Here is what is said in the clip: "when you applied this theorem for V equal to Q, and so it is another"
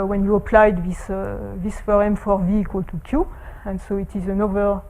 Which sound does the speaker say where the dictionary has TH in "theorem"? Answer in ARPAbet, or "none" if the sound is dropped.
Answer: F